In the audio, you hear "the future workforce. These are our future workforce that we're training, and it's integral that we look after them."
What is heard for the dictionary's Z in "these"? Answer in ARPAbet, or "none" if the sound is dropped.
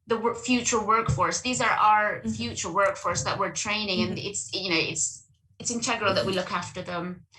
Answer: Z